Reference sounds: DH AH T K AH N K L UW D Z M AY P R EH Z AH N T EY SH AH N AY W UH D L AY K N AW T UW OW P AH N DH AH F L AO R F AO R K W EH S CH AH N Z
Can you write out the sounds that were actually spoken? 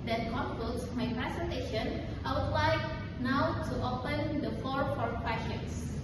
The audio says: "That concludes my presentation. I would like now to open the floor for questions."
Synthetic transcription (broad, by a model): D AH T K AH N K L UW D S M AY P R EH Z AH N T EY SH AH N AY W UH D L AY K N AW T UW OW P AH N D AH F AO R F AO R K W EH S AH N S